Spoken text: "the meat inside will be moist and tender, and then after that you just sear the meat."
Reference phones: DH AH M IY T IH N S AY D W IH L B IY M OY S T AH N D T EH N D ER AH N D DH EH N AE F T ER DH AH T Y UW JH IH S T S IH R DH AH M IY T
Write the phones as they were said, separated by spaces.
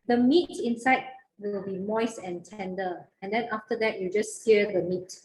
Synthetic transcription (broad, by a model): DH AH M IY T IH N S AY D W IH L B IY M OY S AH N T EH N D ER AH N D EH N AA F T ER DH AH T Y UW JH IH S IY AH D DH AH M IY T